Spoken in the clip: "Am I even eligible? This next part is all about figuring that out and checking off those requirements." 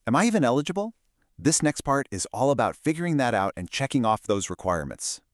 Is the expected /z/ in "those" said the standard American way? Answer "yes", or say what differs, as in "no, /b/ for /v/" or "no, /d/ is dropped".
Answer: yes